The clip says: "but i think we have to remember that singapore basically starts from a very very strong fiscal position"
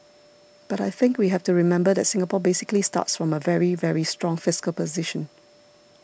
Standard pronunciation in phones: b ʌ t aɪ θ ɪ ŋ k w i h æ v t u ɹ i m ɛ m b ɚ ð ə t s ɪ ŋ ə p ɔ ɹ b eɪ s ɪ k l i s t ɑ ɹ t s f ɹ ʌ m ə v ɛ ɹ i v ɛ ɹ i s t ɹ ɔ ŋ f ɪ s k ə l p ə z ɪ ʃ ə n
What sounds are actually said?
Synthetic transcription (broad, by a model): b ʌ t aɪ θ ɪ ŋ k w i h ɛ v t u ɹ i m ɛ m b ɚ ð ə t s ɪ ŋ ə p ɔ b eɪ s ɪ k l i s t ɑ t s f ɹ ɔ m ə v ɛ ɹ i v ɛ ɹ i s t ɹ ɔ ŋ f ɪ s k ə l p ə z ɪ ʃ ə n